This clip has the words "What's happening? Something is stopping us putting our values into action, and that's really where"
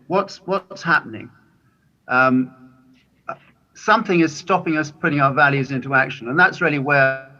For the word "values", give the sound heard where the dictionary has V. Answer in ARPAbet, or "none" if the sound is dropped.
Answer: V